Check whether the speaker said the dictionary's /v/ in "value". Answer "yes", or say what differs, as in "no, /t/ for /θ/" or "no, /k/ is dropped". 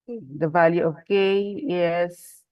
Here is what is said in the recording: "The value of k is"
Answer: yes